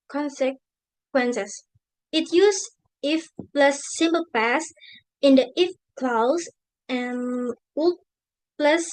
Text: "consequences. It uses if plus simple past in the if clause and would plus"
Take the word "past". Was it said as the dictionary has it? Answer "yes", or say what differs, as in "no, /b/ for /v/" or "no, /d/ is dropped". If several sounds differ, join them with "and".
no, /t/ is dropped